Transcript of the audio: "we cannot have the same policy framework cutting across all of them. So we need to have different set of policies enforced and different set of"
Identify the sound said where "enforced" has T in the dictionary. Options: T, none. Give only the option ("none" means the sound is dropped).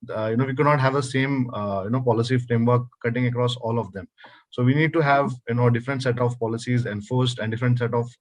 T